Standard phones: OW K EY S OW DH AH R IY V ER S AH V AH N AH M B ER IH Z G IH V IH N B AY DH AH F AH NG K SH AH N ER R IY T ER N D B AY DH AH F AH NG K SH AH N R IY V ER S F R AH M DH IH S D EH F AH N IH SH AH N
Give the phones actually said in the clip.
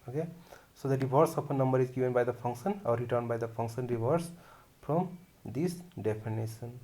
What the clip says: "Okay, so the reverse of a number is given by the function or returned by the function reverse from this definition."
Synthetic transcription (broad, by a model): OW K EY S OW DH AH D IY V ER S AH P AH N AH M B ER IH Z G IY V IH N B AY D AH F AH NG K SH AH N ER R IY T ER N D B AY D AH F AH NG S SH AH N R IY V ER S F R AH M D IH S D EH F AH N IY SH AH N